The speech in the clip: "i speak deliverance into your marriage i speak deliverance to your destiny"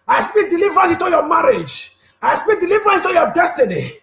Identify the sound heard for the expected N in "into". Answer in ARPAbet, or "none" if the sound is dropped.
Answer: none